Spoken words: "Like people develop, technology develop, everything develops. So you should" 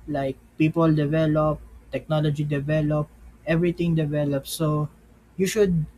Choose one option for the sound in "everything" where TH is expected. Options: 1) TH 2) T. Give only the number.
2